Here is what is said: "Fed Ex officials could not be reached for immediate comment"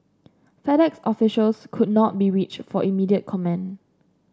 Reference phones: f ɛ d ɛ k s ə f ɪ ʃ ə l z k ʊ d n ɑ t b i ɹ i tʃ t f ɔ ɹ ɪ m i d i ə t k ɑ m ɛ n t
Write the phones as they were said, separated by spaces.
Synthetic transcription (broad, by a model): f ɛ d ɛ k s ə f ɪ ʃ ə l s k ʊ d n ɑ t b i ɹ i tʃ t f ɔ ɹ ɪ m i d i ə t k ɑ m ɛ n